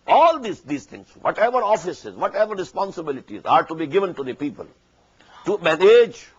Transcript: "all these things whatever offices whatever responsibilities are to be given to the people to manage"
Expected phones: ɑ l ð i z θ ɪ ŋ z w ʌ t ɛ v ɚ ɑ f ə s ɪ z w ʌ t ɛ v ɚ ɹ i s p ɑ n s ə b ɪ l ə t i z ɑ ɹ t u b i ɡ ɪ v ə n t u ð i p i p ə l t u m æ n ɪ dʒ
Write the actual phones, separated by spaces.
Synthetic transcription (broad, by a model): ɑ l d i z t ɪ ŋ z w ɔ t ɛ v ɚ ɑ f ə s ɪ z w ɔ t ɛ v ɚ ɹ i s p ɑ n s ə b ɪ l ə t i z ɑ ɹ t u b i ɡ ɪ v ə n t u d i p i p ə l t u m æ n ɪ dʒ